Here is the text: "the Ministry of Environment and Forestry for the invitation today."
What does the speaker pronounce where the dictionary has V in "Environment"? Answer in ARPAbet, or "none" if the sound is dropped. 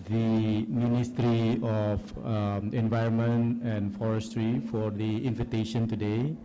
V